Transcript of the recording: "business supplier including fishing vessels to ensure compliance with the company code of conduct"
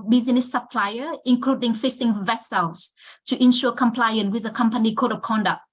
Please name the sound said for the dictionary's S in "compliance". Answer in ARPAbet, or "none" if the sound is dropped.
none